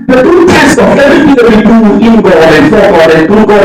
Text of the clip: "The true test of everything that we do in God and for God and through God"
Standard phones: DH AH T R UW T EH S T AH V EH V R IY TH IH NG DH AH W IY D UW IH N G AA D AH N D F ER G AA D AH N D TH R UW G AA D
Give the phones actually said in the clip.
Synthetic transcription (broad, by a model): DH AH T UW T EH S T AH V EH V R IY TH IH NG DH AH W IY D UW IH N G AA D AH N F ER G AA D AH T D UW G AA